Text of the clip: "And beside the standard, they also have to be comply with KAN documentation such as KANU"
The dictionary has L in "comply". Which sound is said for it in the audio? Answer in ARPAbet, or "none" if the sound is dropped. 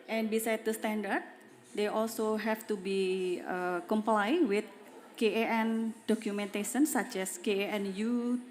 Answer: L